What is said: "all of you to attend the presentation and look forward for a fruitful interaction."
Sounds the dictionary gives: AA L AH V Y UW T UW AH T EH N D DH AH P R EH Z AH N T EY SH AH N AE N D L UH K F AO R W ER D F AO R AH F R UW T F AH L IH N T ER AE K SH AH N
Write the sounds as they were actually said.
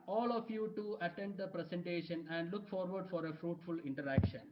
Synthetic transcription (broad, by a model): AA L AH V Y UW T UW AH T EH N D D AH P R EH S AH N T EY SH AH N AE N D L UH K F AO R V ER D F AO R AH F R UW T F AH L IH N T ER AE K SH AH N